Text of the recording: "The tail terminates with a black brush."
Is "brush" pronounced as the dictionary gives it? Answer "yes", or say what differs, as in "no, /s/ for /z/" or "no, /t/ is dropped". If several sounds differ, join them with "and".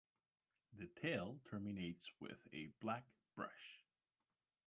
yes